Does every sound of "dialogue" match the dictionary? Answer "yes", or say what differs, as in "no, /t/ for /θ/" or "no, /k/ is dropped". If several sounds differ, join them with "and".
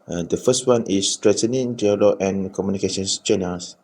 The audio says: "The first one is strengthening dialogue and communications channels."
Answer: no, /ɡ/ is dropped